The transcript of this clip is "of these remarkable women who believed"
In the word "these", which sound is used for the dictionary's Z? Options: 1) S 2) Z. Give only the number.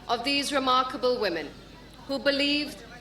2